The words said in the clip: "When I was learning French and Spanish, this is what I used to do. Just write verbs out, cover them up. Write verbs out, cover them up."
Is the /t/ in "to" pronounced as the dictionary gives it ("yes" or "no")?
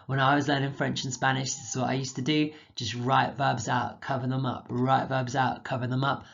yes